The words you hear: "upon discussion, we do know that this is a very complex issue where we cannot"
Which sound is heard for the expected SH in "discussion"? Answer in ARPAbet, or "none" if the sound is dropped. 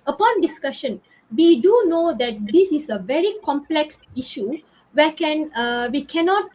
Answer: SH